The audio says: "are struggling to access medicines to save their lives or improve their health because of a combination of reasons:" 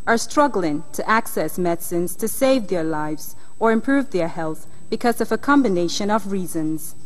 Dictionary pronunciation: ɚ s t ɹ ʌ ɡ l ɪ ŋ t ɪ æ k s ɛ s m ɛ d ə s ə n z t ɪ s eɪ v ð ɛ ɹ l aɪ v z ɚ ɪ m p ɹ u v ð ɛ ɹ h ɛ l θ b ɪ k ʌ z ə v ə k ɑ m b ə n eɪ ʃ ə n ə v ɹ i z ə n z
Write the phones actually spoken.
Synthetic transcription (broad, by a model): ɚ s t ɹ ʌ ɡ l ɪ ŋ t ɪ æ k s ɛ s m ɛ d s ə n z t ɪ s eɪ v ð ɛ ɹ l aɪ v z ɚ ɪ m p ɹ u v ð ɛ ɹ h ɛ l θ b ɪ k ʌ z ə v ə k ɑ m b ə n eɪ ʃ ə n ə v ɹ i z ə n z